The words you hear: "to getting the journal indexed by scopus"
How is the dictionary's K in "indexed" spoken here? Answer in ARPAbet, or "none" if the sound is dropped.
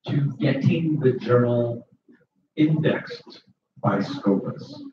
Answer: K